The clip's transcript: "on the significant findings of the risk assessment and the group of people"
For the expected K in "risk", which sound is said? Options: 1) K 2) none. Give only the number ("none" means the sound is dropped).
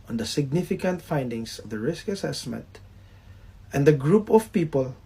1